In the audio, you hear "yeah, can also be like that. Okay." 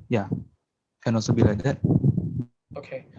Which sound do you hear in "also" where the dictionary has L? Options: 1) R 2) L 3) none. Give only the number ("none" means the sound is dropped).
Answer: 3